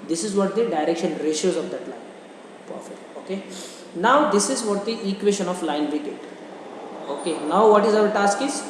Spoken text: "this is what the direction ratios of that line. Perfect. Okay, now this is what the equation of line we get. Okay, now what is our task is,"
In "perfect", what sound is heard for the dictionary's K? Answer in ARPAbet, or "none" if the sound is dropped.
none